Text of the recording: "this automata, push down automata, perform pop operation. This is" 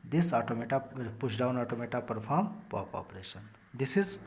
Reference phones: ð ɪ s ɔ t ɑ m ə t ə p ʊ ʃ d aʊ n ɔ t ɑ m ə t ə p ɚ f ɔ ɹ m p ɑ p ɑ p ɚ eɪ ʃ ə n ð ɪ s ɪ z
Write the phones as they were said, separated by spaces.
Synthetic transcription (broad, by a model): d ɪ s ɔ t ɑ m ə t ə p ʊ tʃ d aʊ n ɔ t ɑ m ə t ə p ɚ p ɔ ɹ m p ɑ p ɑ p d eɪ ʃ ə n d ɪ s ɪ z